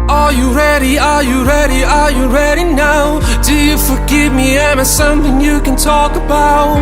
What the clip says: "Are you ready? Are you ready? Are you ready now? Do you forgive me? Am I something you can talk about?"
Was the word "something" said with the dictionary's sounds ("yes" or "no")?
yes